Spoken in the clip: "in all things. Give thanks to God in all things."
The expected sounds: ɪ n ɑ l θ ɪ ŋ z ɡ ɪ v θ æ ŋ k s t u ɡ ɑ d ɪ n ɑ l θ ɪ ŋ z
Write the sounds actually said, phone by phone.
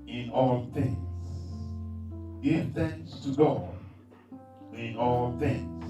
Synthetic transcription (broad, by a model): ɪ n ɑ l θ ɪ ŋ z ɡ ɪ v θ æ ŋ s t u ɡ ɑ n ɪ n ɑ l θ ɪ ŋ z